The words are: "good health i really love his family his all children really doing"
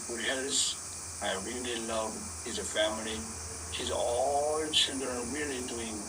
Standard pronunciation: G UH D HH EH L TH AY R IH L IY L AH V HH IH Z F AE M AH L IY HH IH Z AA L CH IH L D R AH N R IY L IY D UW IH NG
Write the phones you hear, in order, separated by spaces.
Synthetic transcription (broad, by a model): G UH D HH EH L S AY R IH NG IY L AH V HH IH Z F AE M AH L IY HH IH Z AA L CH IH L D R AH N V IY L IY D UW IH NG